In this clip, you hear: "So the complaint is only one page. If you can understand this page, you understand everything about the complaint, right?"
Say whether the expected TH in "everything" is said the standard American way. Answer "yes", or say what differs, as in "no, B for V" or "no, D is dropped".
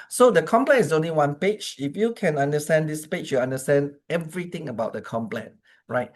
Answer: no, T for TH